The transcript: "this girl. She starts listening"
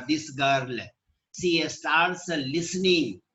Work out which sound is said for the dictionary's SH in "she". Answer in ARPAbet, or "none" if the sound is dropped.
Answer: S